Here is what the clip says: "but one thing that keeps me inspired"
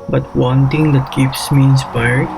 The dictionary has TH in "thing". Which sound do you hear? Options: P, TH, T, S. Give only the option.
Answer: T